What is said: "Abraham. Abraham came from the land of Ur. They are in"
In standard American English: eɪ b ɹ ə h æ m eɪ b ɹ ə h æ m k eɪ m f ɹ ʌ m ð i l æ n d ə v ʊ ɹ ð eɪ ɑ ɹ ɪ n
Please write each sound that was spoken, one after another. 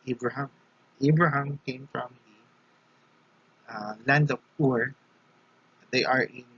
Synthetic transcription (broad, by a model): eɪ b ɹ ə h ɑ m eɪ b ɹ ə h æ m k eɪ m f ɹ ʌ m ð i l æ n d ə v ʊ ɹ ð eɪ ɑ ɹ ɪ n